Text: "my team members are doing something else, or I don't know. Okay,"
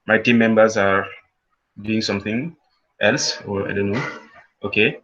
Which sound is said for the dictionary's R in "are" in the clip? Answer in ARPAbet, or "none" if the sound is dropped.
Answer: R